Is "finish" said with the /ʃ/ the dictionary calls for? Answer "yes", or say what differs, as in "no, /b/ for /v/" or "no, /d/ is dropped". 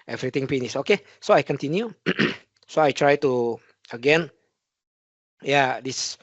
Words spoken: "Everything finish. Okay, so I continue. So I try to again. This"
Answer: no, /s/ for /ʃ/